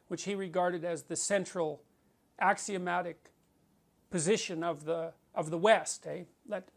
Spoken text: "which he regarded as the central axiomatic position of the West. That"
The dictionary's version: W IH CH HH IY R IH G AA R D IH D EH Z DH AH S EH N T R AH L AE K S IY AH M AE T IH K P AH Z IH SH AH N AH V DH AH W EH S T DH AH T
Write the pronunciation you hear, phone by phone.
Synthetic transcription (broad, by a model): W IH CH HH IY R IH G AA R D IH D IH Z DH AH S EH N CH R L AE K S IY AH M AE T IH K P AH Z IH SH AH N AH V DH AH W EH S T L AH T